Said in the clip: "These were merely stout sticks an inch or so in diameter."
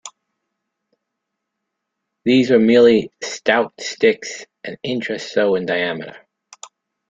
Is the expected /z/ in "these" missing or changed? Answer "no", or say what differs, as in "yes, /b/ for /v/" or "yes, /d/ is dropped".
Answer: no